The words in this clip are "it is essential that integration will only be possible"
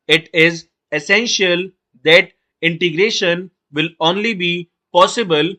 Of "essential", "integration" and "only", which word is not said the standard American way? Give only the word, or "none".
none